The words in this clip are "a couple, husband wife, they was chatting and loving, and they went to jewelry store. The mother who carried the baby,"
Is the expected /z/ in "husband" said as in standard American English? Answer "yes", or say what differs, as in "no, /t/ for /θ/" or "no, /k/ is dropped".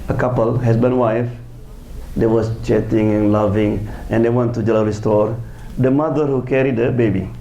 no, /s/ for /z/